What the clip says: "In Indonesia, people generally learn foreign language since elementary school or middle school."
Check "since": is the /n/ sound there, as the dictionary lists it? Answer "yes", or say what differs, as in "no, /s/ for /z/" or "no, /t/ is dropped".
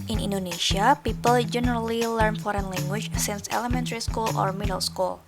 yes